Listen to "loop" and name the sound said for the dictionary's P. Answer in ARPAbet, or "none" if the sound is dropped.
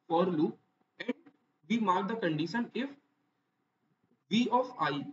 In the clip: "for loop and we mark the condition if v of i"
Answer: none